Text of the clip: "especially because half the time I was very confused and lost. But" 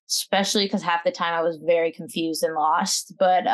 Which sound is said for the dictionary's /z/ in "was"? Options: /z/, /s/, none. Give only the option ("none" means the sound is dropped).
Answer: /z/